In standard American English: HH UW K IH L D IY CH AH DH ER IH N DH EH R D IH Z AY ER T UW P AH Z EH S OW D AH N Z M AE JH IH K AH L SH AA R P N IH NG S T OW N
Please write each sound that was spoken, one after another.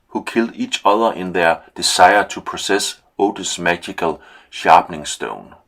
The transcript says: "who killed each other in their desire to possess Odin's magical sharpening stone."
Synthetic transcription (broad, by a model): HH UW K IH L D IY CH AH DH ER IH N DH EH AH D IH S AY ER S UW P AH S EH S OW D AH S M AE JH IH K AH L SH AA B N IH NG S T OW N